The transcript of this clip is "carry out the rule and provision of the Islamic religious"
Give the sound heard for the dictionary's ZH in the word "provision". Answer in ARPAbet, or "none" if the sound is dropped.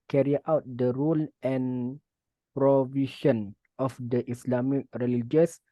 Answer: SH